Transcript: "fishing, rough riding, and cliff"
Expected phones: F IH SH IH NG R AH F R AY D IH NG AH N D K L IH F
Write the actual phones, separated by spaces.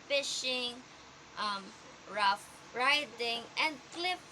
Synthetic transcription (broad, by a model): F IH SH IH NG R AH F R AY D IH NG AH N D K L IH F